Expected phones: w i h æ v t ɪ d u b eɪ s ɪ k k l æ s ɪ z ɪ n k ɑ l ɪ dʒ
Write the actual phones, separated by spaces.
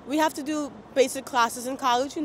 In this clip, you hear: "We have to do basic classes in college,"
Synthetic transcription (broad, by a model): w i h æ f t ɪ d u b eɪ s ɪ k k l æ s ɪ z ɪ n k ɑ l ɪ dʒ